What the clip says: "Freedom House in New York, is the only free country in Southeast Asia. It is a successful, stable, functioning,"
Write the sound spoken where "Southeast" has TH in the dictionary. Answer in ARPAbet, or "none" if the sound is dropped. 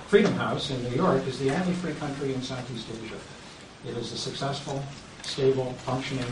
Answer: TH